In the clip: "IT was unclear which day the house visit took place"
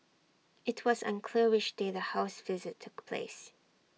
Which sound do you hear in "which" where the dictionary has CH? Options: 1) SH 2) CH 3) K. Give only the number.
1